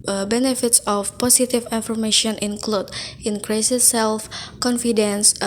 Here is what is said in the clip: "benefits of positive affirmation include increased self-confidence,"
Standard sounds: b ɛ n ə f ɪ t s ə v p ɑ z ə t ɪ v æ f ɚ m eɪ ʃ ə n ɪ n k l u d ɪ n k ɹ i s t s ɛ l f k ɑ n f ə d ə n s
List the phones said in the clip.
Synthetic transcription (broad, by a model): b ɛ n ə f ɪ t s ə f p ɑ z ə t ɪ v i f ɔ m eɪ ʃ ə n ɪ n k l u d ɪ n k ɹ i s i s ɛ l f k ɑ n f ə d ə n s